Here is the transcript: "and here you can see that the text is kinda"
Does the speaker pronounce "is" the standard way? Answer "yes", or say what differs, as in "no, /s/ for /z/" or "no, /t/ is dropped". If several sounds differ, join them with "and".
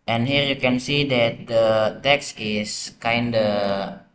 no, /s/ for /z/